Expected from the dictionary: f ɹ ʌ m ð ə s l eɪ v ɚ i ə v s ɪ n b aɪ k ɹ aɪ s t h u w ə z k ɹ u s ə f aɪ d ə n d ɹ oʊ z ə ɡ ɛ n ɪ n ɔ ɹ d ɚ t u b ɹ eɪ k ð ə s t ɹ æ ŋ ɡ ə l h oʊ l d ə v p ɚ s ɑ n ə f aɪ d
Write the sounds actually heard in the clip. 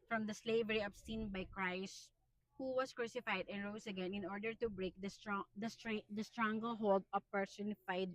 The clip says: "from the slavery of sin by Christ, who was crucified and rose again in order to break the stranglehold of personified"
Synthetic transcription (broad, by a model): f ɹ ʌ m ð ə s l eɪ v ɚ i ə b s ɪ n b aɪ k ɹ aɪ s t h u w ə s k ɹ u s ə f aɪ d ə n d ɹ oʊ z ə ɡ ɛ n ɪ n ɔ ɹ d ɚ t u b ɹ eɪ k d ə s t ɹ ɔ ŋ ɡ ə l h oʊ l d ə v p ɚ s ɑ n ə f aɪ d